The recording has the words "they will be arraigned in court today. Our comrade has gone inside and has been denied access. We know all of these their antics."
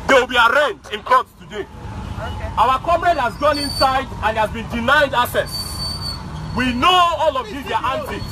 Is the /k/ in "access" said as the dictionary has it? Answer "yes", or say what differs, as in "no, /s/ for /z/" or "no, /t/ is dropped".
no, /k/ is dropped